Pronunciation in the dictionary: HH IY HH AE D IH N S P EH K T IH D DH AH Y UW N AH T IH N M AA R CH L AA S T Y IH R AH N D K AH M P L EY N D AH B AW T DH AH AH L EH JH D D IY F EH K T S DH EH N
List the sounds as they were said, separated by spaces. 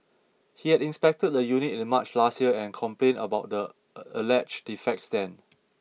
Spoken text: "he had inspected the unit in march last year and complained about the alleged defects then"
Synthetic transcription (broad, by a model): HH IY HH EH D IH N S P EH K T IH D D AH Y UW N AH T IH N M AA CH L AA S T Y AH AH N K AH M P L EY N AH B AW T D AH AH L EH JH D D IY F EH K T S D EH N